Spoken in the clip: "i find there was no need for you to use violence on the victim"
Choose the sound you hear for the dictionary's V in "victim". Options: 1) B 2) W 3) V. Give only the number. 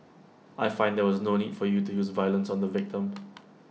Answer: 3